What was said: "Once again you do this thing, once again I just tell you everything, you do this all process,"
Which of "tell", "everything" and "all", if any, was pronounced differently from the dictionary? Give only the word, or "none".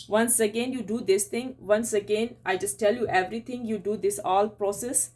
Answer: everything